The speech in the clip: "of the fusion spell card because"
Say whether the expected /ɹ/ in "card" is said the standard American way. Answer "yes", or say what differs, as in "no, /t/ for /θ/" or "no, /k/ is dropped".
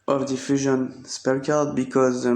no, /l/ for /ɹ/